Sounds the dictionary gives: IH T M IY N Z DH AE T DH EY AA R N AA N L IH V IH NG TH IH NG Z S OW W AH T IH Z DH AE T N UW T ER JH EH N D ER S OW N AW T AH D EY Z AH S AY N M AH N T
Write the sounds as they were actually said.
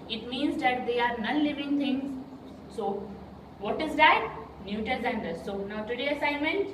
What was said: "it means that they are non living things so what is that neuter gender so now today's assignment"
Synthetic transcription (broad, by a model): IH T M IY N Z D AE T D EY AA R N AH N L IH V IH NG T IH NG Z S OW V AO T IH Z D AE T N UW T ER Z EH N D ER S OW N AW T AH D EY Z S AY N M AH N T